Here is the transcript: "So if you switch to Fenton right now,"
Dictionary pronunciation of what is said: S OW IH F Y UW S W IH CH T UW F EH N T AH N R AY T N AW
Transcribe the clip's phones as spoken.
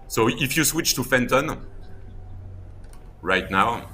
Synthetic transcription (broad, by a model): S OW IH F Y UW S W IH CH T UW F EH N T AH N R AY T N AW